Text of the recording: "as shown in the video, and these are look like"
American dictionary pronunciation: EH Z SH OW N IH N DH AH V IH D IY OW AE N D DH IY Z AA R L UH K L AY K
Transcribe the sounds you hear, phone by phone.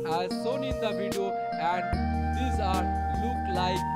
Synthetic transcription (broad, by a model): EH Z S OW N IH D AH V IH D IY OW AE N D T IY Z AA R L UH K L AY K